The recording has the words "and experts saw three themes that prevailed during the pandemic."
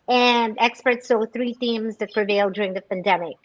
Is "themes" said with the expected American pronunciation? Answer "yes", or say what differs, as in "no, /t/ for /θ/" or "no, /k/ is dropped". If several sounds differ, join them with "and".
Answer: yes